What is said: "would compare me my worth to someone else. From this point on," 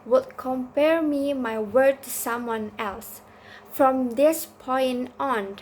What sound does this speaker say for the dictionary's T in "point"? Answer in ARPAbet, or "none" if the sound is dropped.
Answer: none